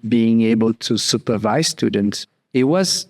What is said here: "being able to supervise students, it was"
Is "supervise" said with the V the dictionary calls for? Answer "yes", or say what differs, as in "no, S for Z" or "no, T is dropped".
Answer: yes